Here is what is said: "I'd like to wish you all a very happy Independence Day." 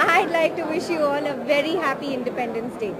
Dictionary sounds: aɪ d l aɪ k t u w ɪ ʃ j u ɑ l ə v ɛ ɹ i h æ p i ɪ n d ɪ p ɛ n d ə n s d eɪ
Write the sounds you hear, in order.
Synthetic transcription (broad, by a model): aɪ d l aɪ k t u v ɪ ʃ j u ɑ n ə v ɛ ɹ i h æ p i ɪ n d ɪ p ɛ n d ə n s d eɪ